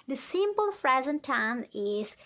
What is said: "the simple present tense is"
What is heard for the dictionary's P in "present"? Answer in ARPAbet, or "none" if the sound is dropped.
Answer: F